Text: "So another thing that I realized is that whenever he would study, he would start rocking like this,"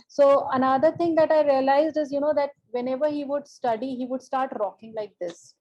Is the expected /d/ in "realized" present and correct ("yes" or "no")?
yes